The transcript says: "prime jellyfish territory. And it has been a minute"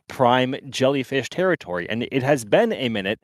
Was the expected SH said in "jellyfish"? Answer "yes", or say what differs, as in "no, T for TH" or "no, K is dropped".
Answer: yes